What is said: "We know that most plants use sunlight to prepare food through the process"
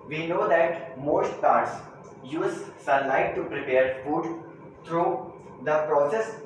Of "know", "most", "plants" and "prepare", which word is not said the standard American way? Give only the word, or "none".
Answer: plants